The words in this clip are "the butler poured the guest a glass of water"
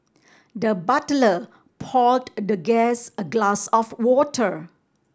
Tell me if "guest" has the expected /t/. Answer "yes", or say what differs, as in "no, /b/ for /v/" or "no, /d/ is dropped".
no, /t/ is dropped